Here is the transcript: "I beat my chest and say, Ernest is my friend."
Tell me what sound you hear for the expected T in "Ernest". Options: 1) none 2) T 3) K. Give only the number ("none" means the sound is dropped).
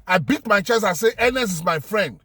1